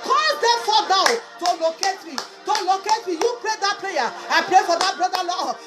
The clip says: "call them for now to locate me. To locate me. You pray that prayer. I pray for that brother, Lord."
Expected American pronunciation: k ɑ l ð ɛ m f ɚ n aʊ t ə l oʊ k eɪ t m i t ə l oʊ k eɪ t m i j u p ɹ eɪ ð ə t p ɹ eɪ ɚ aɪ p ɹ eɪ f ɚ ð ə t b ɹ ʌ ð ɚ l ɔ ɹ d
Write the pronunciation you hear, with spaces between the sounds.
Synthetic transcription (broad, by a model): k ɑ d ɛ f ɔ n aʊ t ə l oʊ k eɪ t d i t ə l oʊ k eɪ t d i j u p ɹ eɪ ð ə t p l eɪ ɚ aɪ p ɹ eɪ f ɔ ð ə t b ɹ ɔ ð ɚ l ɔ